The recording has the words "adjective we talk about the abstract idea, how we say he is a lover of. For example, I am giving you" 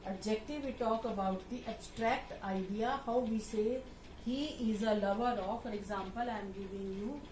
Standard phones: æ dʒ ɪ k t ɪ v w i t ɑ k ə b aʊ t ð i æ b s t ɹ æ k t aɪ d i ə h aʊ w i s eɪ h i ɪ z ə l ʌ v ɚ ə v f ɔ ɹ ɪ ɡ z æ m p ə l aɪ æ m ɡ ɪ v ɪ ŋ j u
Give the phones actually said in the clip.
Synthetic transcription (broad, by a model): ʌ dʒ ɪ k t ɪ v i t ɑ k ə b aʊ t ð i æ b s t ɹ æ k t aɪ d i ə h aʊ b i s eɪ h i ɪ z ə l ʌ v ɚ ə f ɔ ɹ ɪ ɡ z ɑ m p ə l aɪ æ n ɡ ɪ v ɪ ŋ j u